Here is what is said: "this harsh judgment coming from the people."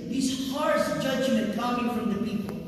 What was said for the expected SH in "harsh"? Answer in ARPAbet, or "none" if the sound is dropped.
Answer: S